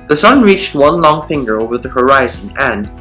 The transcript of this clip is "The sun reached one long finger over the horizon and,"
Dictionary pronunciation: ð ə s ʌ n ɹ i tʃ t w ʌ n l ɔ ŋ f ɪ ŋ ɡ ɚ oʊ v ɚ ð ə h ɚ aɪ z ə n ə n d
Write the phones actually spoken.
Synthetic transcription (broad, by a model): ð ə s ʌ n ɹ i tʃ t w ʌ n l ɔ ŋ f ɪ ŋ ɡ ɚ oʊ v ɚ ð ə h ɚ aɪ z ə n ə n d